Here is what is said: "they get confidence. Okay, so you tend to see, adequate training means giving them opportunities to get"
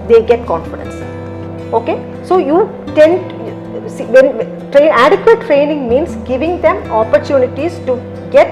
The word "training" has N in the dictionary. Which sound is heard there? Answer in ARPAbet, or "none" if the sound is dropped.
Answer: N